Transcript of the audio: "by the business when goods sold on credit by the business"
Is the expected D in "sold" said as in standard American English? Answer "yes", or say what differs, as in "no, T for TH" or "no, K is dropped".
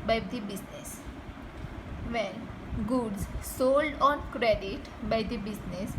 yes